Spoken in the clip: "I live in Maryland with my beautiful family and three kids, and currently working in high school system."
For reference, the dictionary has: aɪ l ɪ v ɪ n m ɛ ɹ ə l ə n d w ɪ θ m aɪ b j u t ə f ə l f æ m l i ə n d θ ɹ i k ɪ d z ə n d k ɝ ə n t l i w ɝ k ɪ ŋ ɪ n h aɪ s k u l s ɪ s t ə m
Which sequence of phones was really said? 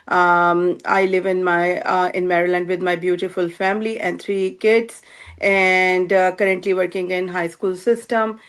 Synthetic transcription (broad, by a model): aɪ l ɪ v ɪ n m ɛ ɹ ə l ə n d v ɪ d m aɪ b j u t ə f ə l f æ m l i ə n d t ɹ i k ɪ d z ə n d k ɝ ə n t l i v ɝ k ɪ ŋ ɪ n h aɪ s k u l s ɪ s t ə m